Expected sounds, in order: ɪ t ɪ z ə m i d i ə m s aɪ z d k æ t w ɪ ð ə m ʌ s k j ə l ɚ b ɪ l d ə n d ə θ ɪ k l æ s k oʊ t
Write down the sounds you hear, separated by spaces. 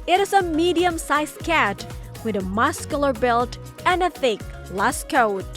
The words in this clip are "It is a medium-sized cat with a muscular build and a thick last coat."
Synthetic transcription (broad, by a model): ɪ t ɪ z ə m i d i ə m s aɪ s k æ t w ɪ ð ə m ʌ s k j l ɚ b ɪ l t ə n ə θ ɪ k l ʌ s k oʊ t